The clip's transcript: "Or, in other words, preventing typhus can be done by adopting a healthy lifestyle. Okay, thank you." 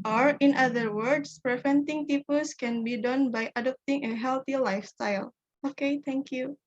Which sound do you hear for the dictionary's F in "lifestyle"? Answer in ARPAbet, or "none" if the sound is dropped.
F